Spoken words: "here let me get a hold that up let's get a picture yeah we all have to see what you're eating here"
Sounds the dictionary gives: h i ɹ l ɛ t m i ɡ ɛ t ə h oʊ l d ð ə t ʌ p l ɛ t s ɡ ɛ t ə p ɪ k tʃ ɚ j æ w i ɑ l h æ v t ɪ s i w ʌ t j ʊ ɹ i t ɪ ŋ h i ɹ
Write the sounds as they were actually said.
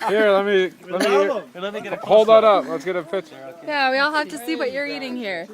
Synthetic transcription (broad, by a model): h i ɹ l ɛ t m i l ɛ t ə h oʊ l d ð ə t ʌ p l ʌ t s ɡ ɛ t ə f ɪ tʃ j æ w i ɑ l h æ f t ɪ s i w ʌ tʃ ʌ ɹ i t ɪ ŋ h i ɹ